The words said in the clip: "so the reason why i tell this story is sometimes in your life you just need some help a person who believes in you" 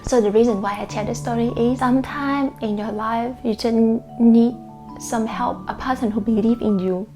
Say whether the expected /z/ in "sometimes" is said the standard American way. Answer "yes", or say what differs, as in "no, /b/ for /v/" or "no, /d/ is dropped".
no, /z/ is dropped